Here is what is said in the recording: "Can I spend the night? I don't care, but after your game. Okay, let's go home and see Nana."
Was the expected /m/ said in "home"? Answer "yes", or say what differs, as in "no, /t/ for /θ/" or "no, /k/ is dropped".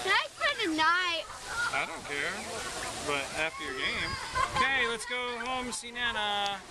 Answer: no, /m/ is dropped